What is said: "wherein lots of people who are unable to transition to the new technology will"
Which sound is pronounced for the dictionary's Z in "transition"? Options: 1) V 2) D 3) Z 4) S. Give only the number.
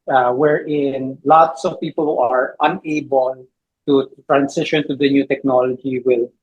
4